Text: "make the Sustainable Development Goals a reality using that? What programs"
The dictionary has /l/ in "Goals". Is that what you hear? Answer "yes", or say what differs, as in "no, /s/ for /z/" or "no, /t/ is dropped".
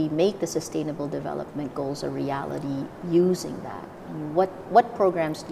yes